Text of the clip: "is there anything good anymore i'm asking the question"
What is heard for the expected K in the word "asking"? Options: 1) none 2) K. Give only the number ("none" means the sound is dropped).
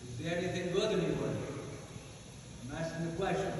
1